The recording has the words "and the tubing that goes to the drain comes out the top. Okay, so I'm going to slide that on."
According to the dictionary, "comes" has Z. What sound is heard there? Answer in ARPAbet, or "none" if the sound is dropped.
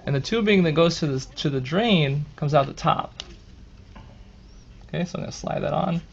Z